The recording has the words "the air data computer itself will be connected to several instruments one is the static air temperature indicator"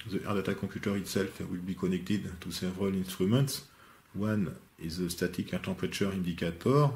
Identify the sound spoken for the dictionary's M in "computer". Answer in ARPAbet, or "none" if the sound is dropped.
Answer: none